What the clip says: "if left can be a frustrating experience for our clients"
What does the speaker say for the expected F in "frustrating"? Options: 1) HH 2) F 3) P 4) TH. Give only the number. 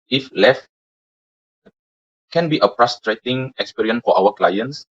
3